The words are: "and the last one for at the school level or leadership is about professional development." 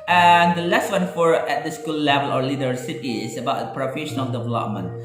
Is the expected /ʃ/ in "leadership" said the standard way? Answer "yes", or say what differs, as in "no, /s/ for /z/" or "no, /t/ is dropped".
no, /s/ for /ʃ/